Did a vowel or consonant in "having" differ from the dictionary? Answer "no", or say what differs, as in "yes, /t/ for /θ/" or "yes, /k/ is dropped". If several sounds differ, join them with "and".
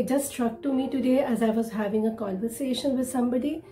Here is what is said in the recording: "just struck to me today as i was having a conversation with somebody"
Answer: no